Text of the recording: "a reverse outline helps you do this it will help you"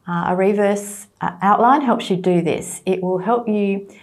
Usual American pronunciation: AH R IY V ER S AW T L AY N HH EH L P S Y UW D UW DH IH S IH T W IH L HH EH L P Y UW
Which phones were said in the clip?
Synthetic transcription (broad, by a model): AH R IY V ER S AW T L AY N HH EH L P S Y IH D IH DH IH S IH T W IH L HH EH L P Y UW